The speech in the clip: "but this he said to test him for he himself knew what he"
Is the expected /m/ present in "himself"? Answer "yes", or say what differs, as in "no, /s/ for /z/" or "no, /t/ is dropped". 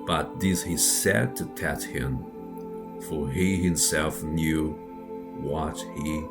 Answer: yes